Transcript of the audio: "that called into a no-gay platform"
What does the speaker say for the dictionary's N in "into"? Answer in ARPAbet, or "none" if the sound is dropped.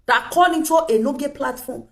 none